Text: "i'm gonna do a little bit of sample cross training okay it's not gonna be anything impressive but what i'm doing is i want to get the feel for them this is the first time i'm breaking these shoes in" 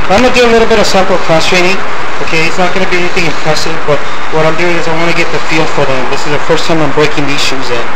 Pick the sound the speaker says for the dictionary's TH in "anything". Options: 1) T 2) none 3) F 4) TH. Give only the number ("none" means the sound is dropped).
4